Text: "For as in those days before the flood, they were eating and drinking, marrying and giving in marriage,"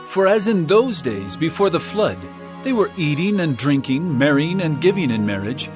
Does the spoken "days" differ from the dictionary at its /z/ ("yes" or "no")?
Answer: no